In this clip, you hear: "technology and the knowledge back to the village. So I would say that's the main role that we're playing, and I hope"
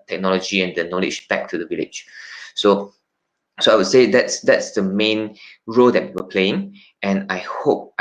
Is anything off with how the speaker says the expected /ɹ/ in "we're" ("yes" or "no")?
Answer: yes